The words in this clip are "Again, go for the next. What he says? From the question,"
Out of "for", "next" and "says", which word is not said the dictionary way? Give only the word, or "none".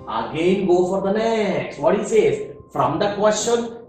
none